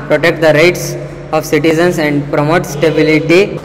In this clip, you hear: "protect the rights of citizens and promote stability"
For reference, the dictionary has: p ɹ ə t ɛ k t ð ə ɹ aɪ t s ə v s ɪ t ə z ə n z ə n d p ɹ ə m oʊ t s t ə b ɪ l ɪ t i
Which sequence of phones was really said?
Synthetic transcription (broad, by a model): p ɹ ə t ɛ k t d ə ɹ aɪ t s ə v s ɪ t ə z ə n s ə n d p ɹ ə m oʊ t s t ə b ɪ l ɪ t i